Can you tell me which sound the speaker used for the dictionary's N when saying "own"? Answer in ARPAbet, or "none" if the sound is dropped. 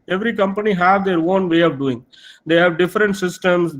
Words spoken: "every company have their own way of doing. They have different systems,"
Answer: N